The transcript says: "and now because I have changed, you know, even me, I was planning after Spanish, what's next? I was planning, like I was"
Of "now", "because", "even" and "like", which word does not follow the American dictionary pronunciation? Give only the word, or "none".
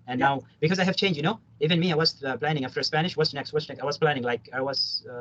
none